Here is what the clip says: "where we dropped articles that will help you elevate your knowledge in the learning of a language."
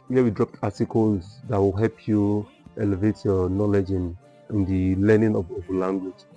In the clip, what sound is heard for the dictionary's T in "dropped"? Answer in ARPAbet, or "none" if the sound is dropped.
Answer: T